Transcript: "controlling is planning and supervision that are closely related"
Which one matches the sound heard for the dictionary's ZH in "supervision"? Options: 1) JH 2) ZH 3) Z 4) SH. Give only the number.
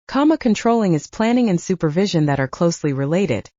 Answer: 2